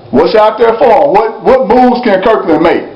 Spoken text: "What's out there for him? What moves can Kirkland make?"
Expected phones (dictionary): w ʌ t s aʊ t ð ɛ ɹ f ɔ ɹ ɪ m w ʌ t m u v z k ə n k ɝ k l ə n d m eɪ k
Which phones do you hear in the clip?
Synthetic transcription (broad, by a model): w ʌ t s aʊ t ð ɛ ɹ f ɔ w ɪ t w ʌ t m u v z k ə n k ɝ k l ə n m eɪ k